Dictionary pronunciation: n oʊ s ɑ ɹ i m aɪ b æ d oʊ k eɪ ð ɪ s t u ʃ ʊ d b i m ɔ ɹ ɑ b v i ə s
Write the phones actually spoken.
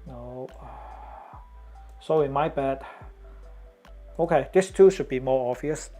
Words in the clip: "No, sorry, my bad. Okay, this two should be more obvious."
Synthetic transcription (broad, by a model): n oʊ s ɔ i m aɪ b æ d oʊ k eɪ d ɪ s t u ʃ ʊ d b i m ɔ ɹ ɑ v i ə s